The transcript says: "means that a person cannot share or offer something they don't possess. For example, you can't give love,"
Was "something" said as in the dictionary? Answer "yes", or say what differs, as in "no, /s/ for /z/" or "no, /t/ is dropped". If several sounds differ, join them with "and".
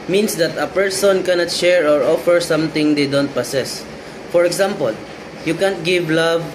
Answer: no, /t/ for /θ/